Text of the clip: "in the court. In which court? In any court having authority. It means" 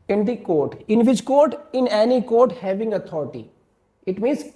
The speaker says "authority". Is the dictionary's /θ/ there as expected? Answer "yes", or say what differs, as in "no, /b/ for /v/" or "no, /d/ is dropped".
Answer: no, /t/ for /θ/